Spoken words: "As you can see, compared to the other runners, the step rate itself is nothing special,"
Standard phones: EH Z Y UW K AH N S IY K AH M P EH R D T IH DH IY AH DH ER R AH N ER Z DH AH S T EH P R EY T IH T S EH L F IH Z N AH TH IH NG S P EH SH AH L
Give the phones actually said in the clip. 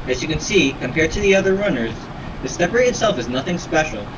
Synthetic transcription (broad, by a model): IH Z Y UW K AH N S IY K AH M P EH R D T IH DH IY AH DH ER R AH N ER Z DH AH S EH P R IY IH T S EH L F IH Z N AH TH IH NG S P EH SH L